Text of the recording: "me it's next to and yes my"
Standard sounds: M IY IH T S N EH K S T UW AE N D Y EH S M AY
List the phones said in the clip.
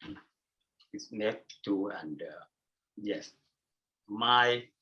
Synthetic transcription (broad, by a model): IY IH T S N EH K T UW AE N D Y EH S M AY